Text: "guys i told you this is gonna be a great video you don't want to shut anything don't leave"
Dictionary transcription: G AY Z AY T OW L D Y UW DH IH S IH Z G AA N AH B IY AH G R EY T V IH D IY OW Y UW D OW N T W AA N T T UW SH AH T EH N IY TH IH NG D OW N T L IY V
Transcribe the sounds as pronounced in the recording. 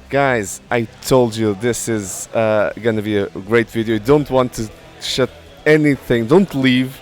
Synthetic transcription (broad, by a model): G AY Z AY T OW L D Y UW DH IH S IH Z G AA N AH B IY AH G R EY T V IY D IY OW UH D OW N T W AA N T T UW SH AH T EH N IY TH IH NG D OW N T L IY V